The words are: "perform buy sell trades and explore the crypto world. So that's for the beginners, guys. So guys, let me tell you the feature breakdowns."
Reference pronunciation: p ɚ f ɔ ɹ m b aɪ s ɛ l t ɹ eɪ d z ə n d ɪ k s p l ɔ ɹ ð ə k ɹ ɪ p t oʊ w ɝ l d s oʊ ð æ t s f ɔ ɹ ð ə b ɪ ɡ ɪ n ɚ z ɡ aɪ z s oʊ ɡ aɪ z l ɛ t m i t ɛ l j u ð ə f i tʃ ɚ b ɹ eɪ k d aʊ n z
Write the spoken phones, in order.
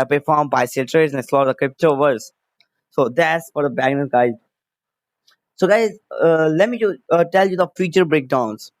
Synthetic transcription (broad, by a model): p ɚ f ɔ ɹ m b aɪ s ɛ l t ɹ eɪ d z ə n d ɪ s l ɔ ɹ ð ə k ɹ ɪ p t oʊ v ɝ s s oʊ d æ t s f ɔ ɹ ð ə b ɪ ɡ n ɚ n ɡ aɪ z s oʊ ɡ aɪ z l ɛ t m i t ɛ l j u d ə f i tʃ ɚ b ɹ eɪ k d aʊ n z